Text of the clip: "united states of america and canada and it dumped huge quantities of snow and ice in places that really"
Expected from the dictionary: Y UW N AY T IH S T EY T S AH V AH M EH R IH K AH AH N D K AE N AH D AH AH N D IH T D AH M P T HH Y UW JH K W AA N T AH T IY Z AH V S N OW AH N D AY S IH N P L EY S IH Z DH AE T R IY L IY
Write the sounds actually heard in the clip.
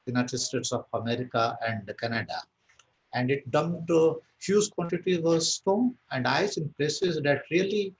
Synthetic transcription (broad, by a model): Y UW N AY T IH S T EY T S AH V AH M EH R IH K AH AH N D K AE N AH D AH AH N D IH T D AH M T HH Y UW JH K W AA N T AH T IY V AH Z S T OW AH N D AY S IH N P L EY S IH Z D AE T R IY L IY